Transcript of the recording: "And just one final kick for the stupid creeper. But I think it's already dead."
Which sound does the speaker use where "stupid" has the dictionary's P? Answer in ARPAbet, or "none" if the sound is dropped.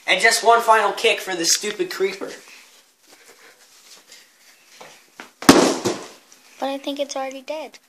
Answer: P